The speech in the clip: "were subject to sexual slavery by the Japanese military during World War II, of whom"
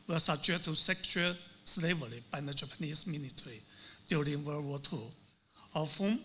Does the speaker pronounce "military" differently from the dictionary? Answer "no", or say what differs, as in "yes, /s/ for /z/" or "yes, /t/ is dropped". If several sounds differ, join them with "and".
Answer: yes, /n/ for /l/